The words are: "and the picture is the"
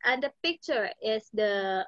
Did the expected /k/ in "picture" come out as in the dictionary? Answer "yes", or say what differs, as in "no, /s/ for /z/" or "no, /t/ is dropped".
yes